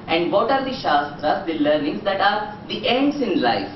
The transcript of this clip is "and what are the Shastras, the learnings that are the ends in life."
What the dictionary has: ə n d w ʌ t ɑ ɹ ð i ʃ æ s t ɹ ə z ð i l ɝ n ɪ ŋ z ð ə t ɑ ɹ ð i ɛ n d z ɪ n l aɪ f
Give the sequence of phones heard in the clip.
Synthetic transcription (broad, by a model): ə n d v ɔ t ɑ ɹ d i ʃ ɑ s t ɹ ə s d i l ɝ n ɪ ŋ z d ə t ɑ ɹ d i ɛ n d s ɪ n l aɪ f